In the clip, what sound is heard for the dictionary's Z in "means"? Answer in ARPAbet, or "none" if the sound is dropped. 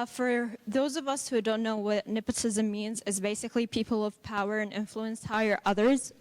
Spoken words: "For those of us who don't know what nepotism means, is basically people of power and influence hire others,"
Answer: Z